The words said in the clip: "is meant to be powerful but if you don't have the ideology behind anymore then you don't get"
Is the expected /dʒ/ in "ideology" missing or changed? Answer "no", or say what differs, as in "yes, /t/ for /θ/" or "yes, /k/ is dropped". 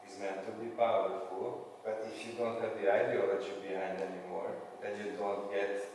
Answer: yes, /tʃ/ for /dʒ/